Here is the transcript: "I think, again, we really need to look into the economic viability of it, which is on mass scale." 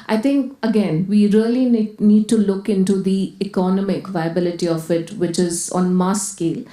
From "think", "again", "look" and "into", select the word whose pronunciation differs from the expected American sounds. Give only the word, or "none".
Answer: think